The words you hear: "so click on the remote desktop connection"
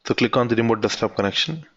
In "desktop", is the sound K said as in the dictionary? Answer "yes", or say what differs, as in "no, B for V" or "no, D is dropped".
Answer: no, K is dropped